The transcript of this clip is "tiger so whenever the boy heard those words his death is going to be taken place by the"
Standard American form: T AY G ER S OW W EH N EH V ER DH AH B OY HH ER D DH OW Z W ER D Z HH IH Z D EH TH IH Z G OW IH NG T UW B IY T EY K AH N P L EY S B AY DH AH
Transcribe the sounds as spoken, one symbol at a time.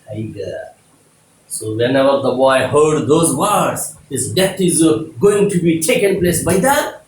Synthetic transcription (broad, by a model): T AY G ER S OW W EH N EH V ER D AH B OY HH ER D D OW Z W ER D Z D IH S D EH T IH Z G OW IH NG T UW B IY T EY K AH N P L EY S B AY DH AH